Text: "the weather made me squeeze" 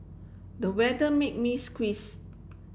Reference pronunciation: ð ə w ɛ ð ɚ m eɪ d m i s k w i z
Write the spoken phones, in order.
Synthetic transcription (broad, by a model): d ə w ɛ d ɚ m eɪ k m i s k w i s